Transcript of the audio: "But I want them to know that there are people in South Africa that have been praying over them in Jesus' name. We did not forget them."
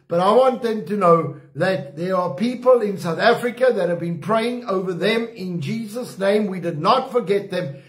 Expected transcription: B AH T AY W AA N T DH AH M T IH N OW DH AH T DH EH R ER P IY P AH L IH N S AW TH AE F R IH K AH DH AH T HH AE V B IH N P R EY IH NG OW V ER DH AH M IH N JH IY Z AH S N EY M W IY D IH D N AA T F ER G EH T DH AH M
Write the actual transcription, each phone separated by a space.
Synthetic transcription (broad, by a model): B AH T AY W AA N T DH AH M T IH N OW DH AH T DH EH R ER P IY P AH L IH N S AW TH AE F R IH K AH DH AH T HH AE V B IH N P R EY IH NG OW V ER DH AH M IH N JH IY Z AH S N EY M W IY D IH D N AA T F ER G EH T DH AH M